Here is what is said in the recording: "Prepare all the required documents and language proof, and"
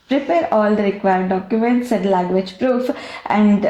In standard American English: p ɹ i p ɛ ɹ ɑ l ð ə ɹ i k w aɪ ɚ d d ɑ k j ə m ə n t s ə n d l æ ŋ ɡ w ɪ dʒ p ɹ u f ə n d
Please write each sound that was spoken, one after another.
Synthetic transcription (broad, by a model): p ɹ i p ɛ ɹ ɑ l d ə ɹ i k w aɪ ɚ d d ɑ k j ə m ə n t s ə n d l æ ŋ ɡ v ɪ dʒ p ɹ u f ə n d